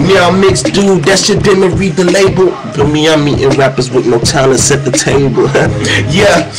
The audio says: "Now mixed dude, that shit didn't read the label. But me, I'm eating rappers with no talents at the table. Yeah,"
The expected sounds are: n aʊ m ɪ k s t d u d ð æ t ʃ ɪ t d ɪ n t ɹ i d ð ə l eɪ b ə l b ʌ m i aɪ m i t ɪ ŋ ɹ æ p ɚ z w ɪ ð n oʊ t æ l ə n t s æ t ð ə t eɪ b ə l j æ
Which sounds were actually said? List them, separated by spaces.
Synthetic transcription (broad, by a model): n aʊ m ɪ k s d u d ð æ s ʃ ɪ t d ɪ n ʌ ɹ i d ð ə l eɪ b ə l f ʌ m i aɪ m i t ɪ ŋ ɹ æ p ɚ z w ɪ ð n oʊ t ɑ ə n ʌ s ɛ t ð ə t eɪ b ə l j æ